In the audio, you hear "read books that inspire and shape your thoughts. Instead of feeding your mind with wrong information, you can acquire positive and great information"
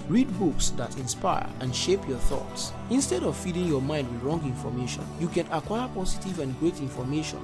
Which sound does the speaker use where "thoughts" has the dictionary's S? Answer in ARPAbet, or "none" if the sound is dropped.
S